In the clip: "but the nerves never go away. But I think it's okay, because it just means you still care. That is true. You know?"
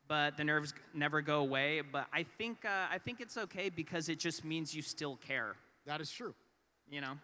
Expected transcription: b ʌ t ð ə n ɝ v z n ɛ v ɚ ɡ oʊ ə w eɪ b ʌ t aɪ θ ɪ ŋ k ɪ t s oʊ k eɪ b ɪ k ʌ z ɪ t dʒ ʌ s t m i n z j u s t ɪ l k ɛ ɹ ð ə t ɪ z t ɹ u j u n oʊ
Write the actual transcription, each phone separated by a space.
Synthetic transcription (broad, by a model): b ʌ t ð ə n ɝ v z n ɛ v ɚ ɡ oʊ ə w eɪ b ʌ t aɪ θ ɪ ŋ k ɪ t s oʊ k eɪ b ɪ k ʌ z ɪ t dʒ ʌ s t m i n z j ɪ s t ɪ l k ɛ ɹ ð ə t ɪ z t ɹ u j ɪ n oʊ